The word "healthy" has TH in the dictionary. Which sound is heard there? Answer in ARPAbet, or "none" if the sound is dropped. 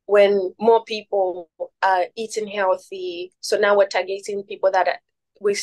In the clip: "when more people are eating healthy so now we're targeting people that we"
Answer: TH